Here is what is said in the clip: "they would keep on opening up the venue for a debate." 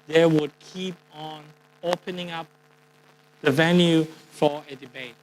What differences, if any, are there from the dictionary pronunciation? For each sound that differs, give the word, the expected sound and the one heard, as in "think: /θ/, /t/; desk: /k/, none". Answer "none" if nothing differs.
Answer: none